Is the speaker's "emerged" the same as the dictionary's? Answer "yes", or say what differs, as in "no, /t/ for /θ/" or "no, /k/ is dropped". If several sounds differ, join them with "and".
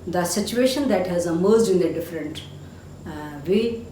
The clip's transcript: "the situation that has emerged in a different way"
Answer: no, /d/ is dropped